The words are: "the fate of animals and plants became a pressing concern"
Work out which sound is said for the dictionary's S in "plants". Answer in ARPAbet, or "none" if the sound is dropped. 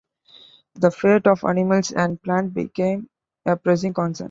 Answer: none